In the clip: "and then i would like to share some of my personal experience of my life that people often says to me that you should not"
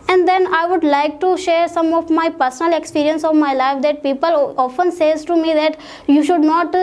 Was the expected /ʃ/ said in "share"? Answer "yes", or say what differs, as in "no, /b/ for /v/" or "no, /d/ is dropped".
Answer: yes